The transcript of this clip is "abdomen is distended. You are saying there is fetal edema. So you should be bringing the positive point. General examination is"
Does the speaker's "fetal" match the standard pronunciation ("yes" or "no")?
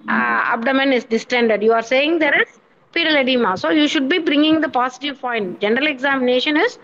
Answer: no